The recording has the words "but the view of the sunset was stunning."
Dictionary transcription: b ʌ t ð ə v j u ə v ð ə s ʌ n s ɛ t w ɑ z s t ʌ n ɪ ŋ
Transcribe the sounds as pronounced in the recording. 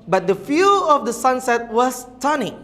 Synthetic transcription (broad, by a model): b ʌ t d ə f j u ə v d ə s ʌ n s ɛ t w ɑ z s t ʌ n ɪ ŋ